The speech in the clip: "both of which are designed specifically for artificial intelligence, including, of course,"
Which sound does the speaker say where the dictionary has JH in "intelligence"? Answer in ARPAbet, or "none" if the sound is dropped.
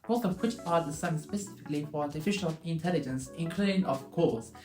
JH